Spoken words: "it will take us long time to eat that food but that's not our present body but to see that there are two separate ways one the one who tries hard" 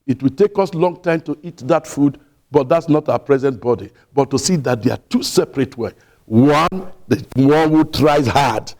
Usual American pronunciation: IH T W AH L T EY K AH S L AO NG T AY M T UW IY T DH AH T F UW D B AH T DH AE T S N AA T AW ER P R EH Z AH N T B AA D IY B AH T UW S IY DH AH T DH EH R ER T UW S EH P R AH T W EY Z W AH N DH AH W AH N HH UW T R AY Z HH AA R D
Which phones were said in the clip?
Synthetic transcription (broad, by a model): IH T W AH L T EY K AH S L AO NG T AY M T UW IY T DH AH T F UW D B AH T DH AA T S N AA T AW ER P R EH Z AH N T B AA D IY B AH T UW S IY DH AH T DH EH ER T UW S EH P R AH T W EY W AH N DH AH W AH N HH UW T R AY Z HH AA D